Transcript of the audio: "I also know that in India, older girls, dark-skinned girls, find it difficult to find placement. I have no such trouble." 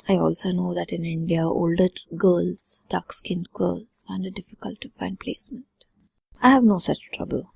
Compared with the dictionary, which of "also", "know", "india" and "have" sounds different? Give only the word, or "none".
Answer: none